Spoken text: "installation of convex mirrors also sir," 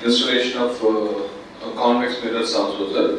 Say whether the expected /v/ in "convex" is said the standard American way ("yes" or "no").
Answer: no